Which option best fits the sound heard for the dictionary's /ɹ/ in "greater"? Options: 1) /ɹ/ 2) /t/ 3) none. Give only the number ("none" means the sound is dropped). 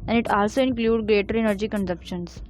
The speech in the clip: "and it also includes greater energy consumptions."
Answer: 1